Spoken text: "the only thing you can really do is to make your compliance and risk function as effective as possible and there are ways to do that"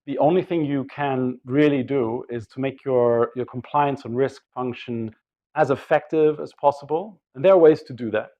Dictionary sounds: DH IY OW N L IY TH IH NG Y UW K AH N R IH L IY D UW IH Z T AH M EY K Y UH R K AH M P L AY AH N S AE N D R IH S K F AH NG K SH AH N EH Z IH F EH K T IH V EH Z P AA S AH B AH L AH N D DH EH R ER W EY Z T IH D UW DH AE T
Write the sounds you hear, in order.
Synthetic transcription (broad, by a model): DH IY OW N L IY TH IH NG Y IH K AH N R IH L IY D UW IH Z T AH M EY K Y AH R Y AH M P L AY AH N S N R IH S K F AH NG K SH AH N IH Z IH F EH K T IH V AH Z P AA S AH B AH L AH N DH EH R ER W EY Z T IH D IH DH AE T